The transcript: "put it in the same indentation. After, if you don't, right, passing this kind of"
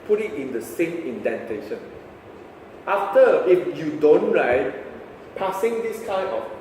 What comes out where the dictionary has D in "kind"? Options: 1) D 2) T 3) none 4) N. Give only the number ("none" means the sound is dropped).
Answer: 3